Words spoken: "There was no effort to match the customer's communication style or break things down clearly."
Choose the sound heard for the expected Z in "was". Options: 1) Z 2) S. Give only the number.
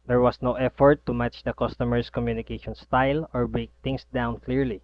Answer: 2